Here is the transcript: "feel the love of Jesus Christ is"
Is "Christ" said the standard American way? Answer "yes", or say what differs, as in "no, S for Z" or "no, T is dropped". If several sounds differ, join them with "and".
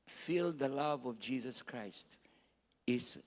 yes